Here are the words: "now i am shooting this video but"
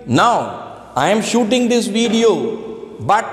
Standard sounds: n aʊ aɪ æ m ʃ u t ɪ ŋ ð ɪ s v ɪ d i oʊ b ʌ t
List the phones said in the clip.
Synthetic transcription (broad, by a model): n aʊ aɪ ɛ m ʃ u t ɪ ŋ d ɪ s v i d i oʊ b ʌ t